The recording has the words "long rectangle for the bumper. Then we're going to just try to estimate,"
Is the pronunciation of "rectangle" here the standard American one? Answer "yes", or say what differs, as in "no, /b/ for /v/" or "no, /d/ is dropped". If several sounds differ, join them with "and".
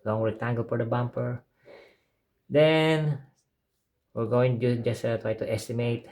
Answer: no, /w/ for /ɹ/ and /k/ is dropped